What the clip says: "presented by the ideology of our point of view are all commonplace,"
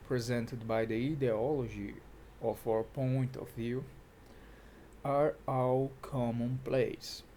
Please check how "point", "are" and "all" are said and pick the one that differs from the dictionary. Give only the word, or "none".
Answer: all